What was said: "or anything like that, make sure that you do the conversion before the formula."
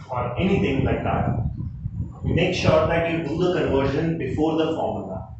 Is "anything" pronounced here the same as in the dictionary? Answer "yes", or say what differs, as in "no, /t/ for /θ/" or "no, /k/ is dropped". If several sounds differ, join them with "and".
no, /t/ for /θ/